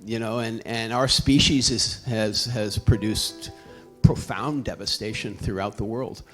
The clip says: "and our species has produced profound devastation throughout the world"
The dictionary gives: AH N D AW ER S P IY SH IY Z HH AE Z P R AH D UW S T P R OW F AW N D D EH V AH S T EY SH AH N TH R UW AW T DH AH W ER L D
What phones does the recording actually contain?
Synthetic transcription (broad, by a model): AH N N AW ER S P IY SH IY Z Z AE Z P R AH D UW S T P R OW F AW N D D EH V AH S T EY SH AH N TH R UW AW T DH AH W ER L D